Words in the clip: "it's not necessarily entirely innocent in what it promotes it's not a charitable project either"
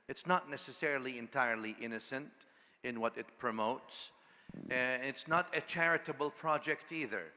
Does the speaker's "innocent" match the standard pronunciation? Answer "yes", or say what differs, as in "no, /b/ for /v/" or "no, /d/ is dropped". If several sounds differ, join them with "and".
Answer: yes